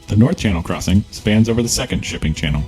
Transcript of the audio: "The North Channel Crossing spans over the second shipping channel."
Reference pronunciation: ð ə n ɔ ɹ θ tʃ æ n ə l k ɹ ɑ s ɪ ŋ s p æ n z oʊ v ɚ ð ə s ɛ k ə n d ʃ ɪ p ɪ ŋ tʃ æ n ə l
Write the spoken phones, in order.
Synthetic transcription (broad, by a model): ð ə n ɔ ɹ θ tʃ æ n l k ɹ ɑ s ɪ ŋ s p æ n z oʊ v ɚ ð ə s ɛ k ə n d ʃ ɪ p ɪ ŋ tʃ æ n l